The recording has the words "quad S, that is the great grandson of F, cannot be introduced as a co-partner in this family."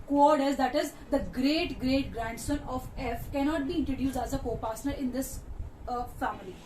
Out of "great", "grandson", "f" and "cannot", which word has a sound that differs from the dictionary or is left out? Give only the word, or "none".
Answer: none